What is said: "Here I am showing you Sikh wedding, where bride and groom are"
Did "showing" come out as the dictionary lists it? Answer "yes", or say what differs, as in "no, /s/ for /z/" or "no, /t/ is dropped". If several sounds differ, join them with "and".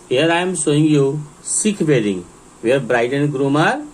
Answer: no, /s/ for /ʃ/